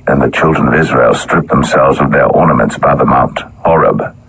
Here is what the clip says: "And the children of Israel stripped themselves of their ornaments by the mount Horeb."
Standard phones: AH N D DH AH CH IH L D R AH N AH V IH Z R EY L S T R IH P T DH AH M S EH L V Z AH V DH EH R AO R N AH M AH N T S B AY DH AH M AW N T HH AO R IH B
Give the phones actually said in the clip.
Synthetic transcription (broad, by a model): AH N DH AH CH IH L D R AH N AH V IH Z R EY L S T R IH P DH AH M S EH L V Z AH V DH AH R AO R N AH M AH N T S B AY DH AH M AW N T HH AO R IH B